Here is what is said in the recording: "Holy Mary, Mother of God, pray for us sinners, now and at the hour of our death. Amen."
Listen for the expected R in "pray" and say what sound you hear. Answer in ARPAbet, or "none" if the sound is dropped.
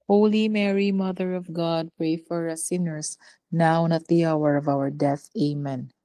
R